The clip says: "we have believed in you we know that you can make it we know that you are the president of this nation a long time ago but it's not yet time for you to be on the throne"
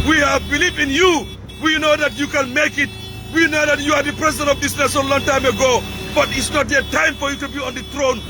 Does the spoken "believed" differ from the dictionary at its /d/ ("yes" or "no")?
yes